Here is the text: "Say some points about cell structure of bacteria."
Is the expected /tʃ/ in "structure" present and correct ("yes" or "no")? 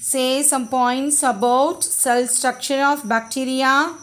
no